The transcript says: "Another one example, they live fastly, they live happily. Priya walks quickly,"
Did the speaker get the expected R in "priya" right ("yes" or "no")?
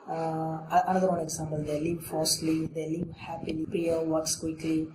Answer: no